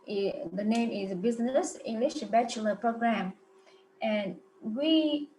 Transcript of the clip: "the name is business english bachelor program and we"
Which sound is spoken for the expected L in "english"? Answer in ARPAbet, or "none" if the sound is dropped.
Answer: L